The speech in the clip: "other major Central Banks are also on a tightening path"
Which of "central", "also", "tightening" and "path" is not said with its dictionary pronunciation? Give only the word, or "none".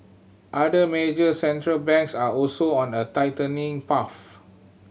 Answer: path